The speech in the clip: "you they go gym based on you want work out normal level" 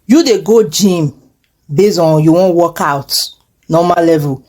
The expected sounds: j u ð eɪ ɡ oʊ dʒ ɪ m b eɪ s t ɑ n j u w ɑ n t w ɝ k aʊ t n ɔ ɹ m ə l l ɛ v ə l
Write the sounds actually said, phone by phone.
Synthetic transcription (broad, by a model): j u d eɪ ɡ oʊ dʒ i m b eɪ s ɑ n j u w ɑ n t w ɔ k aʊ t n ɔ m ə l l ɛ v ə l